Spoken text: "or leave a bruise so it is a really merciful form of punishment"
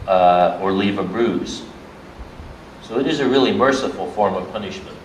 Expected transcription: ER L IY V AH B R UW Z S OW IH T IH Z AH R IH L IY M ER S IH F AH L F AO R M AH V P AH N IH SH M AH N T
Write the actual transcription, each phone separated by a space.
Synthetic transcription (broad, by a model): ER L IY V AH B R UW Z S OW IH T IH Z AH R IH L IY M ER S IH F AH L F AO R M AH V P AH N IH SH M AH N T